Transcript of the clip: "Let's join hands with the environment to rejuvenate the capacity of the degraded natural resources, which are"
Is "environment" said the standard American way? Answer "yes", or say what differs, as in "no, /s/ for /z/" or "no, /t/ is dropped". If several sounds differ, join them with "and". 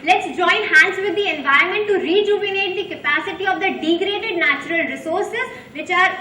no, /ɹ/ is dropped